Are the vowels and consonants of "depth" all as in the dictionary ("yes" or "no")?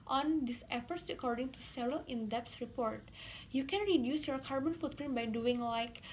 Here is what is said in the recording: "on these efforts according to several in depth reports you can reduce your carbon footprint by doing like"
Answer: no